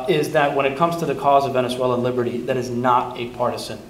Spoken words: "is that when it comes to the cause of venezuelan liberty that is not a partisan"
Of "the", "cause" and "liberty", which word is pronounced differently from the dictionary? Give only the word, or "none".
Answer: none